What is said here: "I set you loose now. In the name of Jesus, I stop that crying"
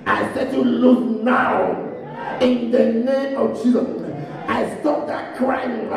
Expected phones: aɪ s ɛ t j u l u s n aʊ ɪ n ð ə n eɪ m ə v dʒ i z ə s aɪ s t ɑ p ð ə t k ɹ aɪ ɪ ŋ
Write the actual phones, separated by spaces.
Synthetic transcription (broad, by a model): aɪ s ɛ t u l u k n aʊ ɪ n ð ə n eɪ m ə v tʃ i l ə ɪ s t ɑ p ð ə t k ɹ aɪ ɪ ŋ